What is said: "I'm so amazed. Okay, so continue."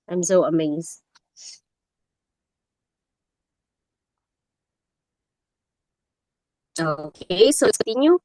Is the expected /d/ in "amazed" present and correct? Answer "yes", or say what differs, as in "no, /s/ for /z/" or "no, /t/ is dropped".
no, /d/ is dropped